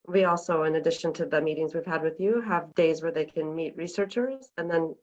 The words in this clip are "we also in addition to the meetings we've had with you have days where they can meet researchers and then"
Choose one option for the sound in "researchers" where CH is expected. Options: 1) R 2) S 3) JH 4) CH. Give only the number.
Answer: 4